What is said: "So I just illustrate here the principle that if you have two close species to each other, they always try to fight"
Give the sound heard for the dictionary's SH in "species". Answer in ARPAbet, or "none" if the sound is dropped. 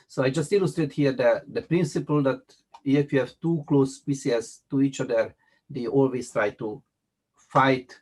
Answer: S